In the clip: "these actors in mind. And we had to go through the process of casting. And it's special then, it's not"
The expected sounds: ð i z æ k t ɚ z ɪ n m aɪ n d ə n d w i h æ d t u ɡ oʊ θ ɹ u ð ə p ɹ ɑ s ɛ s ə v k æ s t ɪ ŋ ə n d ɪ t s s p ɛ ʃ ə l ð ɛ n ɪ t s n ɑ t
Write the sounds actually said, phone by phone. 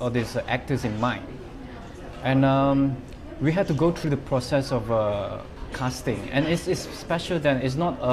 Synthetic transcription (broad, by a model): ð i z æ k t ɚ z ɪ n m aɪ n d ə n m w i h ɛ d t u ɡ oʊ t ɹ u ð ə p ɹ ɑ s ɛ s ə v k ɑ s t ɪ ŋ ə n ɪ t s s p ɛ ʃ ə l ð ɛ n ɪ t s n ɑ t